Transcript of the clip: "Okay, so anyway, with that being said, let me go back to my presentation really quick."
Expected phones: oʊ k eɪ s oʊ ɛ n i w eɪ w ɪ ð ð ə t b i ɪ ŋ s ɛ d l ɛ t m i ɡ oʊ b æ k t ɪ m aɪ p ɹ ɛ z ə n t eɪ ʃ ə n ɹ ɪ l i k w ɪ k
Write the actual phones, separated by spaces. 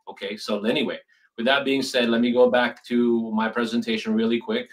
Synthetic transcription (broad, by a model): oʊ k eɪ s oʊ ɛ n i w eɪ w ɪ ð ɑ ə t b i ɪ ŋ s ɛ d l ɛ t m i ɡ oʊ b æ k t ɪ m aɪ p ɹ ɛ z ə n t eɪ ʃ ə n ɹ ɪ l i k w ɪ k